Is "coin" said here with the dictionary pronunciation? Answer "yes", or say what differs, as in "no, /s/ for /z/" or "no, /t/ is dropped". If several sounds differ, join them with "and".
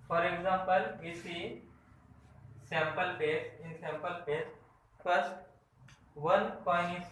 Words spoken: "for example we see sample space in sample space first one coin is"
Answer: no, /n/ is dropped